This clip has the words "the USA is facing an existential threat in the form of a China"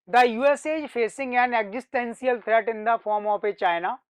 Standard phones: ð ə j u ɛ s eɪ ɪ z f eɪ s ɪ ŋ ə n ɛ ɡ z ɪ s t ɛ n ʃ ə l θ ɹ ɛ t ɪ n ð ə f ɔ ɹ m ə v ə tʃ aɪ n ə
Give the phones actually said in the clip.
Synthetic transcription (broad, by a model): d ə j u ɛ s eɪ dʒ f eɪ s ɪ ŋ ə n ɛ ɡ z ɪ s t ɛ n s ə l t ɹ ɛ t ɪ n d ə f ɔ ɹ m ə p ə tʃ aɪ n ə